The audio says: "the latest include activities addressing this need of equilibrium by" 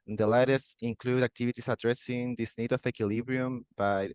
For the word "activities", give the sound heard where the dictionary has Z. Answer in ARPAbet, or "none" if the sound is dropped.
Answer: S